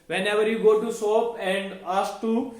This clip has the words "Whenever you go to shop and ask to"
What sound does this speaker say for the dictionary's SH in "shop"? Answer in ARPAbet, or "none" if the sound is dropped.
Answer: S